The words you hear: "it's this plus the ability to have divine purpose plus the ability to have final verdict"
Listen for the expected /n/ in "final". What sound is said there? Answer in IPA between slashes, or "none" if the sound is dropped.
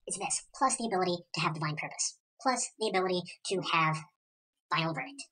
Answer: none